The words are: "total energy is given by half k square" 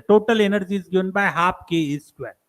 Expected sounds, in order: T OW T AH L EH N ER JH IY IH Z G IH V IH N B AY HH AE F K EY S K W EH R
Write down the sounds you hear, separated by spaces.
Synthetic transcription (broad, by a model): T OW T AH L EH N ER JH IY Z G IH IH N B AY HH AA P K EY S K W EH